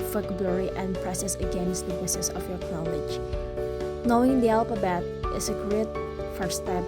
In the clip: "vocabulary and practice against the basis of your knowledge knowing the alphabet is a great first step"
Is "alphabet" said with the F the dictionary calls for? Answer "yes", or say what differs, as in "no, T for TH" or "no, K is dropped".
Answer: no, P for F